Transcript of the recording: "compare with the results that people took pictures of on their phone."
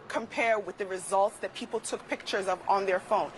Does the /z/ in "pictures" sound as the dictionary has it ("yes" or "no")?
yes